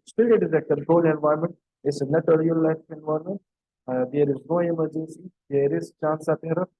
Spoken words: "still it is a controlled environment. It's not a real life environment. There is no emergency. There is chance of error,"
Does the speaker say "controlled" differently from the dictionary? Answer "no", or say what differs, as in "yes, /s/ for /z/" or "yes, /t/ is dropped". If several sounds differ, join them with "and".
yes, /d/ is dropped